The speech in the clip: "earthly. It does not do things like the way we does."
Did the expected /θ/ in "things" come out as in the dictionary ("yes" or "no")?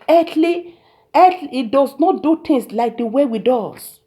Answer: no